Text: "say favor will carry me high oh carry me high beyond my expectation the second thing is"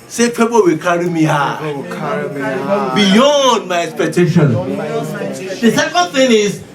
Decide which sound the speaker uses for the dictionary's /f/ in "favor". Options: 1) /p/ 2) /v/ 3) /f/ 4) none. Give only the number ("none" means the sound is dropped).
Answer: 1